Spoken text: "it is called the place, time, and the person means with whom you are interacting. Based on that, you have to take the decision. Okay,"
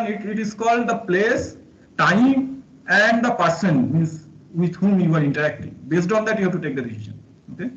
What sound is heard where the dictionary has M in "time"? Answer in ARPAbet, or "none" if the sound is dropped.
M